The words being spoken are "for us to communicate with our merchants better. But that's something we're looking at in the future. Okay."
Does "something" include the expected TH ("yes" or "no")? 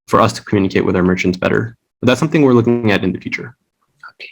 yes